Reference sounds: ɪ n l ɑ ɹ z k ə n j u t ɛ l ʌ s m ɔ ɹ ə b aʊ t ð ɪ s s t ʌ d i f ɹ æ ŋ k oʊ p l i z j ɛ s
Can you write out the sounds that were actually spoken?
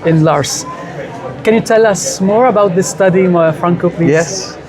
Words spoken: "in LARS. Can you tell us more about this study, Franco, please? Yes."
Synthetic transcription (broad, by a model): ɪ n l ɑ ɹ s k ə n j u t ɛ l ʌ s m ɔ ɹ ə b aʊ t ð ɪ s s t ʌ d i f ɹ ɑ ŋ k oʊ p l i j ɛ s